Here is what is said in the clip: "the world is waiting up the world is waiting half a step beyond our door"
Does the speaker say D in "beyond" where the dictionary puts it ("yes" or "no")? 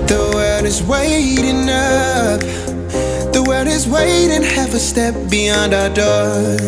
yes